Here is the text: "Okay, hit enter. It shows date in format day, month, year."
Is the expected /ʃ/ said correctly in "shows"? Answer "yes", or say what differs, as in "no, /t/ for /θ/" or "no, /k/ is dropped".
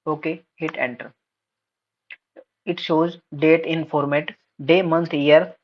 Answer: yes